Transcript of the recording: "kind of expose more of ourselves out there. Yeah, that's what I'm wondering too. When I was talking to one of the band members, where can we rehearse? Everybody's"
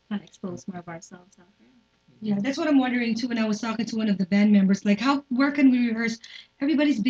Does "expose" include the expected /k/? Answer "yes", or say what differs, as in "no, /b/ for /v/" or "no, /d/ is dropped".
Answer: yes